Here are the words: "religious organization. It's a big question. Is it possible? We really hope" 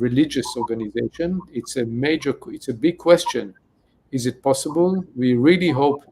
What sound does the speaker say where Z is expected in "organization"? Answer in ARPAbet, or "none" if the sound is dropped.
Z